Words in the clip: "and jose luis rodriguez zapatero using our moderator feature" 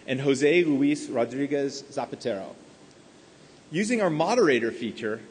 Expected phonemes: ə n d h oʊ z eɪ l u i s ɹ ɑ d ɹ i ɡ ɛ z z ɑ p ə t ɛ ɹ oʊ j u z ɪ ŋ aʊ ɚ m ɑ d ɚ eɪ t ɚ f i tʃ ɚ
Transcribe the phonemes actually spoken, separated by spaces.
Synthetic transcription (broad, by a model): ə n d h oʊ z eɪ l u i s ɹ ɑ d ɹ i ɡ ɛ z z ɑ p ə t ɛ ɹ oʊ j u z ɪ ŋ aʊ ɚ m ɑ d ɚ eɪ t ɚ f i tʃ ɚ